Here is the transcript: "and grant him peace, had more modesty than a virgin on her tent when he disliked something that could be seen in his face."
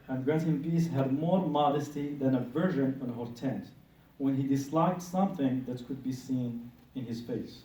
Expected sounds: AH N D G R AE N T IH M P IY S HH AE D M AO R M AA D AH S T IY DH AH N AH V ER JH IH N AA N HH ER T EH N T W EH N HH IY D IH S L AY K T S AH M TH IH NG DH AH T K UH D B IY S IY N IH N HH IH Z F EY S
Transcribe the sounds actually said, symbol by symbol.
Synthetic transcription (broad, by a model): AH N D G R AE T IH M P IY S HH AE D M AO R M AA D AH S T IY DH AH N AH V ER ZH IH N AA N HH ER T EH N T W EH N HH IY D IH S L AY K T S AH M TH IH NG DH AH T K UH D B IY S IY N IH N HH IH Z F EY S